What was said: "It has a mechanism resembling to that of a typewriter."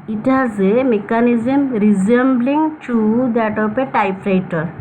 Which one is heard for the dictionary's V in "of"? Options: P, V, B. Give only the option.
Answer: P